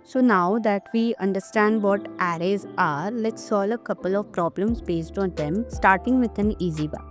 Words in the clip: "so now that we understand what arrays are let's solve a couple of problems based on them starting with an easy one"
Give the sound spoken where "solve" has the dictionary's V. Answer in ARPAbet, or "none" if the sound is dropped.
none